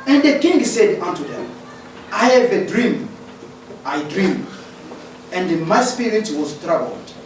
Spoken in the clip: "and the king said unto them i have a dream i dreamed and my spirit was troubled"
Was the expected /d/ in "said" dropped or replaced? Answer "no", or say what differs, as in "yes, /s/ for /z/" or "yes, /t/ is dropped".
no